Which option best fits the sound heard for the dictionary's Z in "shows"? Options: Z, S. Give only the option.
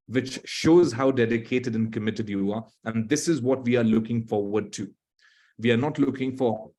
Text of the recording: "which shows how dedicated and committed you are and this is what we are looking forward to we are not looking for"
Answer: Z